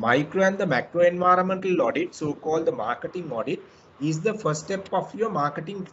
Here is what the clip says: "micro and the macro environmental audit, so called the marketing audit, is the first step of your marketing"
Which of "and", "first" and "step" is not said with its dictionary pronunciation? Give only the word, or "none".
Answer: first